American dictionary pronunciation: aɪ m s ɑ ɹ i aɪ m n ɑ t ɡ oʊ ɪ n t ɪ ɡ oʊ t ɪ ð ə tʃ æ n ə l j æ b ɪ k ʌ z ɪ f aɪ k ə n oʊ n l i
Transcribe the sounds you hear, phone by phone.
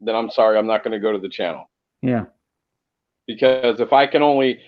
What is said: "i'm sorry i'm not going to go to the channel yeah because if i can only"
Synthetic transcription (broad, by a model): aɪ m s ɑ ɹ i aɪ m n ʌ t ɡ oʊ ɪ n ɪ ɡ oʊ t ɪ ð ə tʃ æ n l j æ b ɪ k ʌ z ɪ f aɪ k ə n oʊ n l i